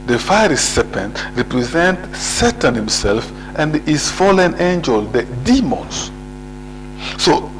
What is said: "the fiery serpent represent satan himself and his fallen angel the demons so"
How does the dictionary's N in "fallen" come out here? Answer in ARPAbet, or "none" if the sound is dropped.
N